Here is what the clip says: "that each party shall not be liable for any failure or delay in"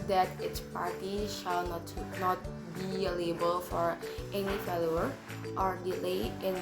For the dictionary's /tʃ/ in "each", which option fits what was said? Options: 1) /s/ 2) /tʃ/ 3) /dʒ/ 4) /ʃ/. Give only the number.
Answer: 1